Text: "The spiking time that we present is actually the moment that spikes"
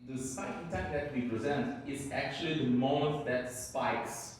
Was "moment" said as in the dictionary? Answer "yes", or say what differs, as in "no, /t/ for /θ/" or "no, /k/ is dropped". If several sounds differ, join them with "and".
no, /n/ is dropped